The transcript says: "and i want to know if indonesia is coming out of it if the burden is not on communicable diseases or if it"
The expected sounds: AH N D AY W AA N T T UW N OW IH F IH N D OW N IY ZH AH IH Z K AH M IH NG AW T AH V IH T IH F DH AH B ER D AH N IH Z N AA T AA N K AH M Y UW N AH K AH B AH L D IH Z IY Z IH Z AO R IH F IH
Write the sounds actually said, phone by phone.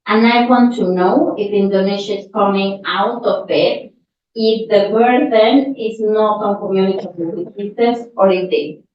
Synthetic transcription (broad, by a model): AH N AY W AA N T T UW N OW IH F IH N D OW N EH SH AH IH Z K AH M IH NG AW T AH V IH T IH F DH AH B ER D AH N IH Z N AA T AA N K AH M Y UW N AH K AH AH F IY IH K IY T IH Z AO R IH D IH